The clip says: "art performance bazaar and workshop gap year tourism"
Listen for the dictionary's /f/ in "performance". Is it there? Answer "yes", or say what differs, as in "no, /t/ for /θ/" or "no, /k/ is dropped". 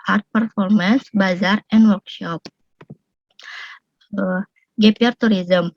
yes